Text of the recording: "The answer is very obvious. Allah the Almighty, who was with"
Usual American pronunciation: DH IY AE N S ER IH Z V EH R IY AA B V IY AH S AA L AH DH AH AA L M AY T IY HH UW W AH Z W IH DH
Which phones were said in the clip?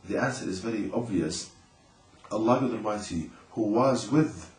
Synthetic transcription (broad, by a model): DH IY AE N S ER IH Z V EH R IY AA B V IY AH S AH L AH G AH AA M AY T IY HH UW W AH Z W IH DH